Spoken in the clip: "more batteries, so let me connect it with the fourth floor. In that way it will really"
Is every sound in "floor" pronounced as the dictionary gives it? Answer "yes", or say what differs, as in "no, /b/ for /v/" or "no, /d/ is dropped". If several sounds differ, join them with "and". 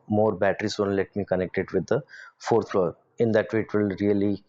yes